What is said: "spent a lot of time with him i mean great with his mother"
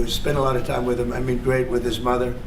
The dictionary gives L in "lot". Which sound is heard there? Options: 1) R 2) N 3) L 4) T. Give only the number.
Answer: 3